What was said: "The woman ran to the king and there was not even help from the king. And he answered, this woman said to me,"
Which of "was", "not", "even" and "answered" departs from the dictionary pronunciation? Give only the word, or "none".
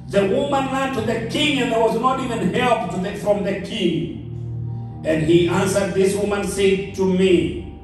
none